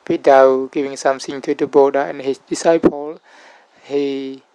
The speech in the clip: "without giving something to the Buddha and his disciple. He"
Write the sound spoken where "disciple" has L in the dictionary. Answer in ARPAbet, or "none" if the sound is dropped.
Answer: L